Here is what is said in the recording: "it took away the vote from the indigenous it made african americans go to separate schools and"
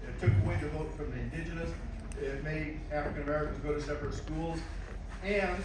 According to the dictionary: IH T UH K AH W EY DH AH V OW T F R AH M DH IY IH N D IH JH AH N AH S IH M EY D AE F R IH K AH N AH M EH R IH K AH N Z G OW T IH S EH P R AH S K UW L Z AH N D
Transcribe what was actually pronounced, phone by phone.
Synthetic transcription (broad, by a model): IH T UH K AH W EY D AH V OW T F R AH M DH IY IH N D IH JH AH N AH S IH M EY AE F R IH K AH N AH M EH R IH K AH N Z G OW T IH S EH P R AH S K UW L Z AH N